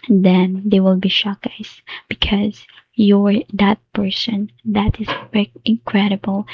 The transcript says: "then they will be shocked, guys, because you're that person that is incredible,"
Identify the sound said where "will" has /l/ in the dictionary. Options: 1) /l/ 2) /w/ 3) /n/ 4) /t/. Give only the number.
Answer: 1